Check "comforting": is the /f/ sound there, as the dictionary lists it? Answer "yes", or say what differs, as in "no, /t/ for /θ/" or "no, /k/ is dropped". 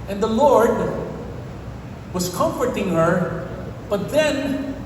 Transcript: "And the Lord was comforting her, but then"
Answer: yes